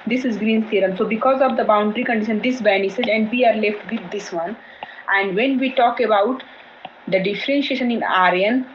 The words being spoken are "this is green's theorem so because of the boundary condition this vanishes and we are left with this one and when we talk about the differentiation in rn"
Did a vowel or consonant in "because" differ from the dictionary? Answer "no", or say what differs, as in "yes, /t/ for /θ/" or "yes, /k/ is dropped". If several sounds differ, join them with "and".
no